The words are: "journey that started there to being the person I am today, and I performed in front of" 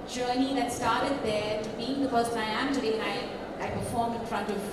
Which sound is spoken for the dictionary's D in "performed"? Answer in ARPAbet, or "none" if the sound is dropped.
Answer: none